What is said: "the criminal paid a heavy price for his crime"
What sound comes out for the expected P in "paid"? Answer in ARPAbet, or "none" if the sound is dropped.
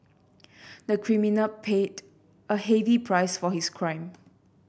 P